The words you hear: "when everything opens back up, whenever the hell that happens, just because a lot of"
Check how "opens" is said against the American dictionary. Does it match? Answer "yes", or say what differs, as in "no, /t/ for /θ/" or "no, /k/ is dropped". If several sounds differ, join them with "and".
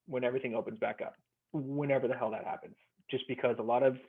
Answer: yes